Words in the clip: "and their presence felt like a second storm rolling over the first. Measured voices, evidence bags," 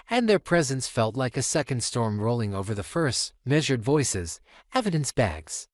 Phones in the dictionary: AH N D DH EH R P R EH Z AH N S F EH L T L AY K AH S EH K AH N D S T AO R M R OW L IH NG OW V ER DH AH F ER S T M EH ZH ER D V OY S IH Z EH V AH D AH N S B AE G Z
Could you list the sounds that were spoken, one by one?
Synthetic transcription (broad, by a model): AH N DH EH R P R EH Z AH N S F EH L T L AY K AH S EH K AH N D S T AO R M R OW L IH NG OW V ER DH AH F ER S T M EH ZH ER D V OY S IH Z EH V AH D AH N S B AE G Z